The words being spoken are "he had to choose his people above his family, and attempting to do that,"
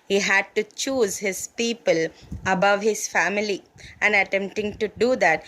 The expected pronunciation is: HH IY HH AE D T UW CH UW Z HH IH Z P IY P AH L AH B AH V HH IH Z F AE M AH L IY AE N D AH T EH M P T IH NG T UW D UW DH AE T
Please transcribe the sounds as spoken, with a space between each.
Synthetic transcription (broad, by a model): HH IY HH AE D T UW CH UW Z HH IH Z P IY P AH L AH B AH V HH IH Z F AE M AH L IY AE N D AH T EH M P T IH NG T UW D UW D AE T